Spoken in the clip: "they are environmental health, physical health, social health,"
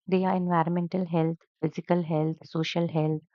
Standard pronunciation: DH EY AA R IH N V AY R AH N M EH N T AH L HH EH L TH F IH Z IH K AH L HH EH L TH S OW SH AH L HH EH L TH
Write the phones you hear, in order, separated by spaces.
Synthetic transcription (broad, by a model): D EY AA R IH N V AY R AH N M EH N T AH L HH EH L T F IH Z IH K AH L HH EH L T S OW SH AH L HH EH L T